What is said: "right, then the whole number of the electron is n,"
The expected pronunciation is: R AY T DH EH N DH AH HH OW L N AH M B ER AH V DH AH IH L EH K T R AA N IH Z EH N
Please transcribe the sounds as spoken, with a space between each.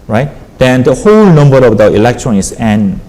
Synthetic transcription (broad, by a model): R AY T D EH N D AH HH OW L N AH M B ER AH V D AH IH L EH K T R AA N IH S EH N